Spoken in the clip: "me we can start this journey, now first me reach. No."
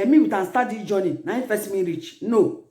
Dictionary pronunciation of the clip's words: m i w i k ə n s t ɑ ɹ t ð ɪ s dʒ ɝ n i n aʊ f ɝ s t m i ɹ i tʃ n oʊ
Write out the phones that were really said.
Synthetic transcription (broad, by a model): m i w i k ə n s t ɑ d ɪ dʒ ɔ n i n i f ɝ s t m i ɹ i tʃ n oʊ